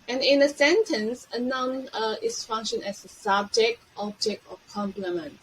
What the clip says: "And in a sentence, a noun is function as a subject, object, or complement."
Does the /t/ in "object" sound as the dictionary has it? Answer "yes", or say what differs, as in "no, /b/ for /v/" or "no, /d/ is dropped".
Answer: yes